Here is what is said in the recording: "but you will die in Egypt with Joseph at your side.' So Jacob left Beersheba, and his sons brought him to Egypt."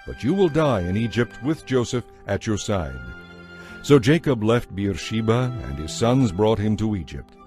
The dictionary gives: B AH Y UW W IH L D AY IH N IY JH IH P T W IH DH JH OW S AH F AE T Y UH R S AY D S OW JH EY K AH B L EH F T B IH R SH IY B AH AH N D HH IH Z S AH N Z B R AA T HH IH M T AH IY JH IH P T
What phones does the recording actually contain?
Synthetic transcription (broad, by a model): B AH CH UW W IH L D AY IH N IY JH IH P T W IH DH JH OW S AH F T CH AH R S AY D S OW JH EY K AH B L EH F T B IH R SH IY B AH AH N D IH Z S AH N Z B R AA T HH IH M T AH IY JH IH P T